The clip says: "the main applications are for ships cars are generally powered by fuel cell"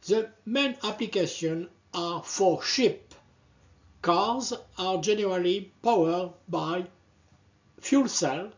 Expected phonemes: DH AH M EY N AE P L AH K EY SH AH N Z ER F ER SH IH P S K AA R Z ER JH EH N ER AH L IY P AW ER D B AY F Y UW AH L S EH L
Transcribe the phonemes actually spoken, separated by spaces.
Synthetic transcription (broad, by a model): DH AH M EY N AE P L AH K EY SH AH N AA F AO SH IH P K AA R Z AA JH EH N ER AH L IY P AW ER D B AY F Y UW L S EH L